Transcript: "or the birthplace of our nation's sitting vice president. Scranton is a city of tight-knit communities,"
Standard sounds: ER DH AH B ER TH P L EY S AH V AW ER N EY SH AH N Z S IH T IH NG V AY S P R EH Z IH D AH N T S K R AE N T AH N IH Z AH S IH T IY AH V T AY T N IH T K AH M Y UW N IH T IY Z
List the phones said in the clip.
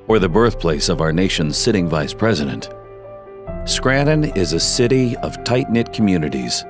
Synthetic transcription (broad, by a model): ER DH AH B ER TH P L EY S AH V AW ER N EY SH AH N Z S IH T IH NG V AY S P R EH Z IH D AH N T S K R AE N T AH N IH Z AH S IH T IY AH V T AY T N IH T K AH M Y UW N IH T IY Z